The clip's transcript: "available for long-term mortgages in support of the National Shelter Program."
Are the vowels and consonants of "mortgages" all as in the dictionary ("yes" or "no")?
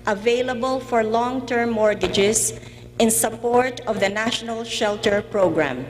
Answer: no